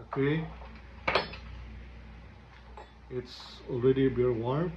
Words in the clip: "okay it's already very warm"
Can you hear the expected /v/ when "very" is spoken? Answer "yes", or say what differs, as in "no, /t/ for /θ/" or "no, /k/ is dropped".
no, /b/ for /v/